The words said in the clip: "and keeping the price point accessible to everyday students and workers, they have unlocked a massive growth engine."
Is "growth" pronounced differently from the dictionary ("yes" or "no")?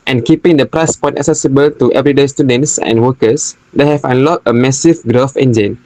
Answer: yes